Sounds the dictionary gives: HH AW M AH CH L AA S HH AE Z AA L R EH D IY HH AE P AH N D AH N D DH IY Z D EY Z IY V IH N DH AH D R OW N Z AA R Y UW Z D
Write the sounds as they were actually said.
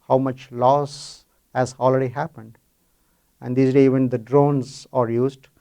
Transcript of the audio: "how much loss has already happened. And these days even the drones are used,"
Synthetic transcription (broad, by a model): HH AW M AH CH L AA S HH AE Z AA L R EH D IY HH AE P AH N D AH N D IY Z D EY IY V IH N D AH D R OW N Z AA R Y UW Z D